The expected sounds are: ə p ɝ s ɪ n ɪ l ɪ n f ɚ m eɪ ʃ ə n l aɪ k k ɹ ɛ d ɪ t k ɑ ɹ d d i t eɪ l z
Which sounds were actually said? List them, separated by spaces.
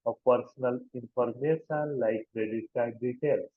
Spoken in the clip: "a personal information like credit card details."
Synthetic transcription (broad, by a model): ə p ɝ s n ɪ l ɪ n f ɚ m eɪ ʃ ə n l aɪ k k ɹ ɛ d ɪ t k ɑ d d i t eɪ l